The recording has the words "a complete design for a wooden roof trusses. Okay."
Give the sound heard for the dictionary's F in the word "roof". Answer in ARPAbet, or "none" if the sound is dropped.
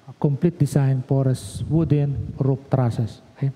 P